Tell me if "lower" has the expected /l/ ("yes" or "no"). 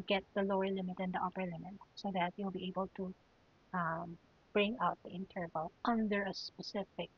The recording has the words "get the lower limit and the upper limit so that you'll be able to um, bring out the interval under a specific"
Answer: yes